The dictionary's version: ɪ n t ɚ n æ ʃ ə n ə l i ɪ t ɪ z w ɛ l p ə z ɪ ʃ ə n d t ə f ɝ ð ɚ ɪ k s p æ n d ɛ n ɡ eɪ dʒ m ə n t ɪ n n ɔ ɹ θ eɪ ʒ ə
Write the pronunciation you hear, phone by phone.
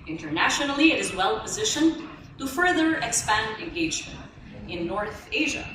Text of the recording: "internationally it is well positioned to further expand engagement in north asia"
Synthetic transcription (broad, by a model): ɪ n t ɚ n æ ʃ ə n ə l i ɪ t ɪ z w ɛ l p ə z ɪ ʃ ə n t ə f ɝ ð ɚ ɪ k s p æ n d ɛ n ɡ eɪ dʒ m ə n t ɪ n n ɔ ɹ θ eɪ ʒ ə